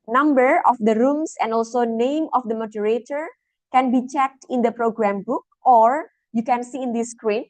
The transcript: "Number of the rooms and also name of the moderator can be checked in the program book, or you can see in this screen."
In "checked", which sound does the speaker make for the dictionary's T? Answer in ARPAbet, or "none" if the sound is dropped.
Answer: T